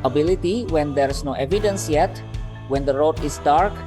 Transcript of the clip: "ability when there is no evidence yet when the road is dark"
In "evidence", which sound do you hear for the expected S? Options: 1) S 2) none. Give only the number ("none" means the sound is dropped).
1